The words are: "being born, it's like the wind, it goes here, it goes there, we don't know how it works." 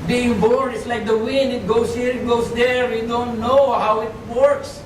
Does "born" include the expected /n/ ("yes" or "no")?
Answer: no